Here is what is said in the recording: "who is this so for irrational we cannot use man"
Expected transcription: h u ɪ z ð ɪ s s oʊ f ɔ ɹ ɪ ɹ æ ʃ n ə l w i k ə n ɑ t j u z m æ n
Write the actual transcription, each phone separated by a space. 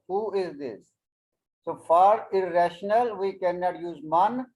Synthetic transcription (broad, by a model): h u ɪ z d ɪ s s oʊ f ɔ ɹ ɪ ɹ æ ʃ n ə l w i k ə n ɑ t j u z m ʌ n